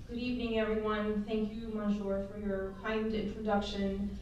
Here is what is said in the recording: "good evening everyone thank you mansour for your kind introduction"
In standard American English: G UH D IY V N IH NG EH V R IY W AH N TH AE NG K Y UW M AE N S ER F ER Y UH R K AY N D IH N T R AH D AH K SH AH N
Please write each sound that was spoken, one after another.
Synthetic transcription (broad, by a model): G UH D IY V N IH NG EH V R IY W AH N TH AE NG K Y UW M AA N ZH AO F ER Y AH R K AY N D IH N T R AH D AH K SH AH N